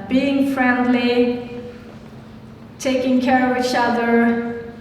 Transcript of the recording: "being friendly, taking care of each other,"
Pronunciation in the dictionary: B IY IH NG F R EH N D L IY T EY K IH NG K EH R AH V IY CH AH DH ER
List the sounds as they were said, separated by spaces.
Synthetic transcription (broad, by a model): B IY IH NG F R EH N D L IY T EY K IH NG K EH R AH V IY CH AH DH ER